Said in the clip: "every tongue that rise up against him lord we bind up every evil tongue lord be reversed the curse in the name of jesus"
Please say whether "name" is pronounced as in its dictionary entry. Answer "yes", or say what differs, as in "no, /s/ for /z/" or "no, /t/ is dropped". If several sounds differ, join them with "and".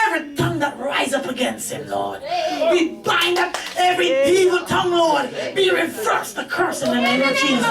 no, /m/ is dropped